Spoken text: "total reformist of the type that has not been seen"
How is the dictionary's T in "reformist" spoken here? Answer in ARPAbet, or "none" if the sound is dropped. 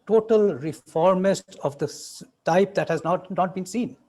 T